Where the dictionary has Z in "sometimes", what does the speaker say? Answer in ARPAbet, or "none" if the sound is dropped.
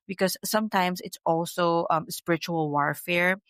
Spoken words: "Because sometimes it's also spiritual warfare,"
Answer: S